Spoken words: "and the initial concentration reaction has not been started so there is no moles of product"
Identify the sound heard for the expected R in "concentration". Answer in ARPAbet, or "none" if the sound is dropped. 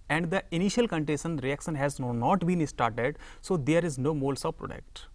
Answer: none